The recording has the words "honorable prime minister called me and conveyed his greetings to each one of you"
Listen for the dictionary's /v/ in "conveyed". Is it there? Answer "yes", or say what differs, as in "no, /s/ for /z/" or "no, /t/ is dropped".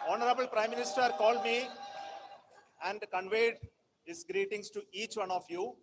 yes